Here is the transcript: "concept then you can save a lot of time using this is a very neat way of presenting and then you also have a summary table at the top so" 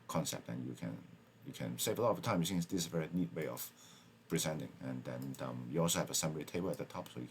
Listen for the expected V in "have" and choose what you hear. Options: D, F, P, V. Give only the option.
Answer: V